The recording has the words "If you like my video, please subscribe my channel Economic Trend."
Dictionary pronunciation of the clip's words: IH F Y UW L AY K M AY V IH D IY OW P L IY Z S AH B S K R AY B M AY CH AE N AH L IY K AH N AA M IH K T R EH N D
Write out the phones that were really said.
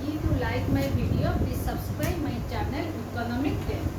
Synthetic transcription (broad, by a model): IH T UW L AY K M AY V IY D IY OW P IY S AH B S K R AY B M AY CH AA N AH L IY K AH N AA M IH K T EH